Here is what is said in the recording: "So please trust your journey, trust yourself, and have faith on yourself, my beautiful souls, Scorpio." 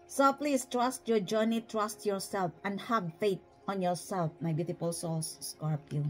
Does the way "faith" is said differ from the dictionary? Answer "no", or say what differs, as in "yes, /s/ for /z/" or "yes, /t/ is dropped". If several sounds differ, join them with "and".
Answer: yes, /t/ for /θ/